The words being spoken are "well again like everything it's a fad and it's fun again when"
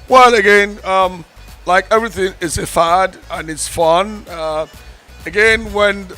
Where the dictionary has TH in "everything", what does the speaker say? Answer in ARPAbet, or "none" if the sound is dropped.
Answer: TH